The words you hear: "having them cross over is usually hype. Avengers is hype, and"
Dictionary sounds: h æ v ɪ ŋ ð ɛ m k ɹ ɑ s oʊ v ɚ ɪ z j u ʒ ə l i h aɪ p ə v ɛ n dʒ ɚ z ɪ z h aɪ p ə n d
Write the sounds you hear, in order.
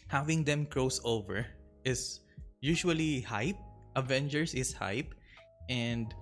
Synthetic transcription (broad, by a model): h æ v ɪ ŋ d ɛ m k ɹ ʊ s oʊ v ɚ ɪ s j u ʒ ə l i h aɪ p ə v ɛ n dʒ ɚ s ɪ s h aɪ p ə n d